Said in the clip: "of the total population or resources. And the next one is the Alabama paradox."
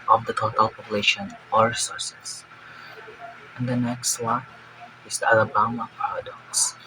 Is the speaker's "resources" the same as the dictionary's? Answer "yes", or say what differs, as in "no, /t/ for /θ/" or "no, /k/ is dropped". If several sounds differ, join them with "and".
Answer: no, /s/ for /z/